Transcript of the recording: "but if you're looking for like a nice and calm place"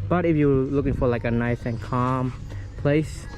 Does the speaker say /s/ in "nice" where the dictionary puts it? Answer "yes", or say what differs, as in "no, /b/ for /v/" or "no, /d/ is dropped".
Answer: yes